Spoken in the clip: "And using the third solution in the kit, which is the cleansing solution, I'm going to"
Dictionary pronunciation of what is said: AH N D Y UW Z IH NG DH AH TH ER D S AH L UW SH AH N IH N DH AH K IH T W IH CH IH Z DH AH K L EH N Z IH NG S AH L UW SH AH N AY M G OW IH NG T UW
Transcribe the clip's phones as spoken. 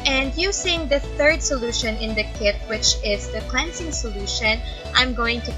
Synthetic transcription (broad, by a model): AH N D Y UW S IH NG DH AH TH ER D S AH L UW SH AH N IH N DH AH K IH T W IH CH IH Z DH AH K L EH N S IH NG S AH L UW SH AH N AY M G OW IH NG T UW